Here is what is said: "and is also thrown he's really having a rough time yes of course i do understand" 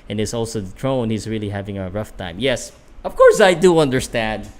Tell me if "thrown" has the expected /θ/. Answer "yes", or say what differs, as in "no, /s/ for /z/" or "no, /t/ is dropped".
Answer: no, /t/ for /θ/